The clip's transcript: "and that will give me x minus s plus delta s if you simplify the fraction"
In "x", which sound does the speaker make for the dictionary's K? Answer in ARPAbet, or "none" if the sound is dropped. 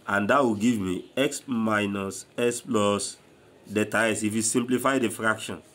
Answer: K